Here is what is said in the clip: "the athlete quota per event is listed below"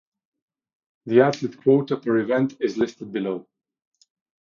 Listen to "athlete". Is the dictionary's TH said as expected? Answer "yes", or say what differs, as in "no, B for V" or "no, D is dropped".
no, T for TH